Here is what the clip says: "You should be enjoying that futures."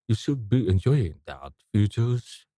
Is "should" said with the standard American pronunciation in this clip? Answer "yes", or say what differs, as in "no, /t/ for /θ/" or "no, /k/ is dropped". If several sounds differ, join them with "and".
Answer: yes